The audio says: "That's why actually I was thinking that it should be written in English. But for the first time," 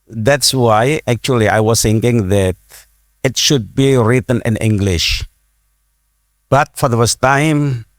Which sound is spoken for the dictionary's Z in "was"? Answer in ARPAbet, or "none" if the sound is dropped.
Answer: S